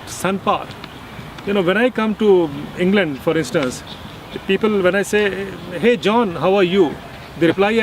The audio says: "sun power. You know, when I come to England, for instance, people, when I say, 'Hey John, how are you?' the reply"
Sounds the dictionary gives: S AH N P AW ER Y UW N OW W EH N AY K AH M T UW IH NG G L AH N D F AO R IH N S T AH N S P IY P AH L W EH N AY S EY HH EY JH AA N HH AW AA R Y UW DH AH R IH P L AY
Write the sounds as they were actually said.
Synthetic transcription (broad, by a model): S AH N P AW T Y UW N OW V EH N AY K AH M T UW IH NG G L AH N D F AO R IH N S T AH N S P IY P AH L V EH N AY S EY HH EY JH AA N HH AW AA R Y UW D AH R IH P L AY